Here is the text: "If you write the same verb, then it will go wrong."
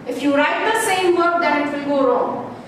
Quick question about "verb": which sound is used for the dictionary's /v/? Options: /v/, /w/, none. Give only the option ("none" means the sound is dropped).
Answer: /w/